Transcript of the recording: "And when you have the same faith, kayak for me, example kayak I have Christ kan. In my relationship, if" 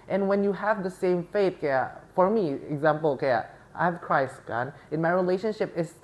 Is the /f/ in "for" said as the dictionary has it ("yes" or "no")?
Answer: yes